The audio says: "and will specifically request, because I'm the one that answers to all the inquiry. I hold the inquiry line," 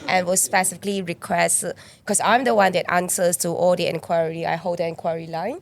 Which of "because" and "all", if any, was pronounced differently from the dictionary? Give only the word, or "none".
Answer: because